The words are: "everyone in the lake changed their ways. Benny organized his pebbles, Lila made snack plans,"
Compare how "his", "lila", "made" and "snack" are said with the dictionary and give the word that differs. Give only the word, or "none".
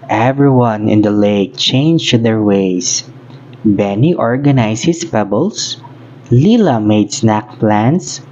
his